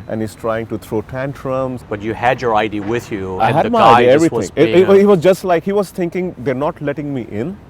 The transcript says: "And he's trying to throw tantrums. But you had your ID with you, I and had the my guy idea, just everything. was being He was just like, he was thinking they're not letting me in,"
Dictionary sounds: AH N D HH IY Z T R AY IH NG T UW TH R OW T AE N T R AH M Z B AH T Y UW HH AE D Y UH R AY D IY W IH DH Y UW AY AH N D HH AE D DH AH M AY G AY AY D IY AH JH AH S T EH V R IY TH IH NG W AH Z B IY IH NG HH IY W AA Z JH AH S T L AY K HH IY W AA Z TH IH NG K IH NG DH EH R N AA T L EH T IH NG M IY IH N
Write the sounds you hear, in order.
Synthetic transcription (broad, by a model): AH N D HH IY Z T R AY IH NG T UW T R OW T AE N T R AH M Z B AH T Y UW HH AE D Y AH R AY D IY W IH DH Y UW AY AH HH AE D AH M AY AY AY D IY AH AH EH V R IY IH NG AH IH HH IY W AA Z JH AH S T L AY K HH IY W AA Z T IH NG K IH NG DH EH R N AA T L EH T IH NG M IY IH N